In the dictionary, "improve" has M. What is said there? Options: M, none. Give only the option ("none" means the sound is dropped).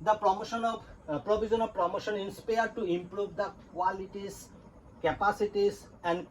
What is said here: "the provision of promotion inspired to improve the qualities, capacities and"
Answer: M